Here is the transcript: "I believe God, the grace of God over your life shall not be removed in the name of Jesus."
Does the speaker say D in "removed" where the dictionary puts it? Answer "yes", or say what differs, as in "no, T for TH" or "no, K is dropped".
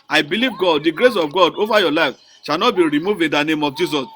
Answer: no, D is dropped